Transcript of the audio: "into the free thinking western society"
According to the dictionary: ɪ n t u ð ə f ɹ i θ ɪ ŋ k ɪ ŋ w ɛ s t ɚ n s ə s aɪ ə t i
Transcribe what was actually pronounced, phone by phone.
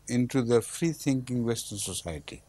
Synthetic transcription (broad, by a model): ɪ n t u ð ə f ɹ i t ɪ ŋ k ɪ ŋ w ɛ s t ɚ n s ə s aɪ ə t i